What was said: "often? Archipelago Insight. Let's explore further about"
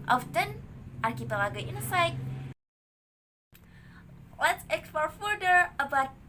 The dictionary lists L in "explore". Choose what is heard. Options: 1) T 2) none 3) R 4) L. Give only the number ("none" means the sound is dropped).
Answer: 2